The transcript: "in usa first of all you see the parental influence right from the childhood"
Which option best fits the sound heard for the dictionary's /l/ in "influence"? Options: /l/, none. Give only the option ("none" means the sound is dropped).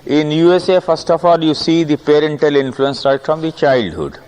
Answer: /l/